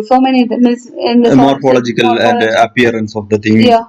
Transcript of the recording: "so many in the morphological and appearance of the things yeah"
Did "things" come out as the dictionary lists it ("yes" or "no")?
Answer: no